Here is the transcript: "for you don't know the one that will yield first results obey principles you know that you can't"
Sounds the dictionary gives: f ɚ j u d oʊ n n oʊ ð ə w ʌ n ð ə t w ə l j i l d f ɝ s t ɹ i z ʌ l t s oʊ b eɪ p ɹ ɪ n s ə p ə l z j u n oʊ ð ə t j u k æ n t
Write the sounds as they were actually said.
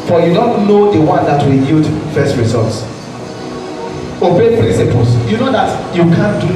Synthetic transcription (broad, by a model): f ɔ j u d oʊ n n oʊ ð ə w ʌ n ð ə t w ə n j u d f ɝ s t ɹ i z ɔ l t s oʊ b eɪ p ɹ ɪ n s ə p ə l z j u n oʊ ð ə t j u k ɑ n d